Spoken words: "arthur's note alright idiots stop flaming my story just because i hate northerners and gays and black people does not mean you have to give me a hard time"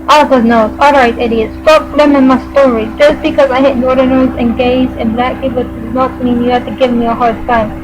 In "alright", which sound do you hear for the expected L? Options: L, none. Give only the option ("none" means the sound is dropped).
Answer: L